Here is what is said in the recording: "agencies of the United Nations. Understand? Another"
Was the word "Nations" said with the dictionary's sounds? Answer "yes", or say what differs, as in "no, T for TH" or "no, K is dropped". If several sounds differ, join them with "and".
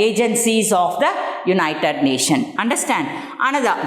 no, Z is dropped